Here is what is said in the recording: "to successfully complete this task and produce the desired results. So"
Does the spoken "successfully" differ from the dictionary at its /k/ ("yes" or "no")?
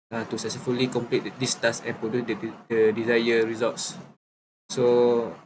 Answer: yes